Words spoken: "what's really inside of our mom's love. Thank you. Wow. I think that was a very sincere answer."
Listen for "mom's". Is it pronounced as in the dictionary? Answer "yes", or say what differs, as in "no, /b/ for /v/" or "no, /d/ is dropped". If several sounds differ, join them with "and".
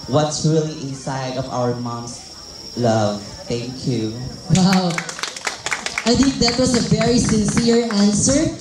no, /s/ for /z/